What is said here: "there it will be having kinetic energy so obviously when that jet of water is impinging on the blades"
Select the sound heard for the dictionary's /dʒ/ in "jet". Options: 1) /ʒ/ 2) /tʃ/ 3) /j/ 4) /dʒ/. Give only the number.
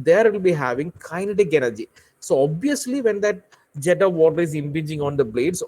4